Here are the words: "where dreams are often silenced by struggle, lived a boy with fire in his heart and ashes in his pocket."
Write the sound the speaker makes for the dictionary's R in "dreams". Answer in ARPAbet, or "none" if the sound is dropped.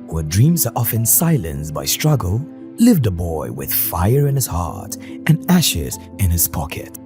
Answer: R